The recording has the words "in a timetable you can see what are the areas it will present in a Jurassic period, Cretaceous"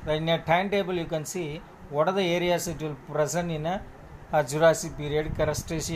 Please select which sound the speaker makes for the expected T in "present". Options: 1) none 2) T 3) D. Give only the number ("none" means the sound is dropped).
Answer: 1